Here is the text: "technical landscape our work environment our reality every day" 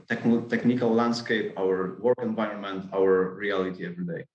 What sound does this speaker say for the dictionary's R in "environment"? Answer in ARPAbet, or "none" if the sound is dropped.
R